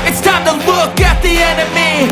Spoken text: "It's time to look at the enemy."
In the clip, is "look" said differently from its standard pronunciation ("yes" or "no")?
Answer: yes